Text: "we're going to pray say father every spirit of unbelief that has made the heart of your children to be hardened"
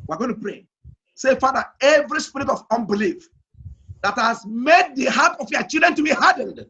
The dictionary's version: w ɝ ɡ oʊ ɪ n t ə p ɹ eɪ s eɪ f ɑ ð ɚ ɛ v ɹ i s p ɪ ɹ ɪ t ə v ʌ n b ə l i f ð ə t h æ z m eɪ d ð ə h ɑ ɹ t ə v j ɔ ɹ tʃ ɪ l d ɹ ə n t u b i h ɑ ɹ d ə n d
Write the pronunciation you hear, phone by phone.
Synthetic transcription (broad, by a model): w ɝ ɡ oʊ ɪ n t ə p ɹ eɪ s eɪ f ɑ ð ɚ ɛ v ɹ i s p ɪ ɹ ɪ t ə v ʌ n b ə l i f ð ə t h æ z m eɪ d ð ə h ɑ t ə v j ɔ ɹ tʃ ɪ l d ɹ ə n t u b i h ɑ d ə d